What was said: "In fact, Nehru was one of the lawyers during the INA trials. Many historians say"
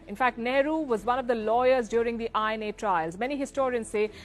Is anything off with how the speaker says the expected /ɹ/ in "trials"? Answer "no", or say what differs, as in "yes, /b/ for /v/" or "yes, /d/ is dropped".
no